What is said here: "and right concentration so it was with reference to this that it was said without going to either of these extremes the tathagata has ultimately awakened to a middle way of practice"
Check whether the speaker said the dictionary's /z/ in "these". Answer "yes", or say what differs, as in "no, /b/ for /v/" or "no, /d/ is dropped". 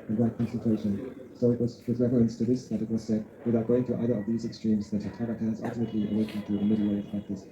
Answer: yes